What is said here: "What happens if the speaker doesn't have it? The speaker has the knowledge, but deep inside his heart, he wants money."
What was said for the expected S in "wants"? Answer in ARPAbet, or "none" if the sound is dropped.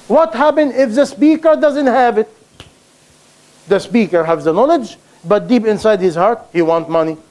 none